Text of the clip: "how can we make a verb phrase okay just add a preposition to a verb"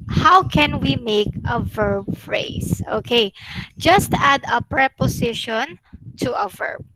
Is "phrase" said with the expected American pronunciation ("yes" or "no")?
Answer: no